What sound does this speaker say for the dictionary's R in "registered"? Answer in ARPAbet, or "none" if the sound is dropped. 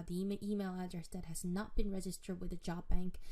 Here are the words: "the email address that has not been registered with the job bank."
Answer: R